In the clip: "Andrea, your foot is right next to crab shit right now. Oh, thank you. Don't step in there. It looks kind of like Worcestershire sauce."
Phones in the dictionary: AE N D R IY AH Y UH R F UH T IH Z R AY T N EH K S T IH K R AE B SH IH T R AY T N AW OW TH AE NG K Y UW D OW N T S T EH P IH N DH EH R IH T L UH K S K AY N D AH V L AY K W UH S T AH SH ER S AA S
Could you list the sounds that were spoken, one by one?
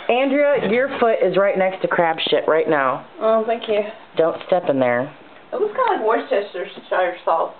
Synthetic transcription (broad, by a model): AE N D R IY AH Y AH R F UH T IH Z R AY T N EH K S T IH K R AE B SH IH T R AY T N AW OW TH AE NG K Y UW D OW N T S T EH P IH N DH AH R IH T W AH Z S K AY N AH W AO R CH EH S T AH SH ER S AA